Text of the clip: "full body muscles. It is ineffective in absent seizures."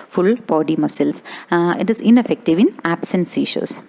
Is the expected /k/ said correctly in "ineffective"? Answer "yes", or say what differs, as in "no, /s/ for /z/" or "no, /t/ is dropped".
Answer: yes